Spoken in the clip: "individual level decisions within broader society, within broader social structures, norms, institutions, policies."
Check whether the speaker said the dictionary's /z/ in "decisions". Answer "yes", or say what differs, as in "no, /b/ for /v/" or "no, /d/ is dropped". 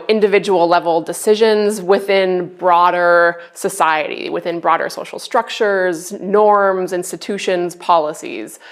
yes